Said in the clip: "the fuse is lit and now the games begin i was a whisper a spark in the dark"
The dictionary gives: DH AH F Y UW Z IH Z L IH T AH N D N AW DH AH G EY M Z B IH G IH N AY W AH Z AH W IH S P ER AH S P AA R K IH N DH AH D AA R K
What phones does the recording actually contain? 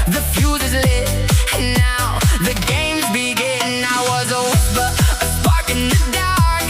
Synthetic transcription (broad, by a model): DH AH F Y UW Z IH Z L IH AH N N AW DH AH G EY M Z B IH G IH N AY W AH Z AH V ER AH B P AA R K IH N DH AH D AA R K